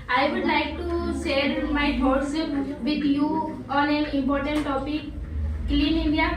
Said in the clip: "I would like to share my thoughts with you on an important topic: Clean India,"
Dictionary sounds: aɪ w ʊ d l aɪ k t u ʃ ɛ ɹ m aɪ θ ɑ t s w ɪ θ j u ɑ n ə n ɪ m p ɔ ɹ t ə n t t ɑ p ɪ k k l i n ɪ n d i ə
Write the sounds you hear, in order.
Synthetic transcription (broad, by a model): aɪ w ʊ d l aɪ k t u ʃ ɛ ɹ m aɪ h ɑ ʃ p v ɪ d j u ɑ n ə n ɪ m p ɔ ɹ t ə n t t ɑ p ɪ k k l i n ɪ n d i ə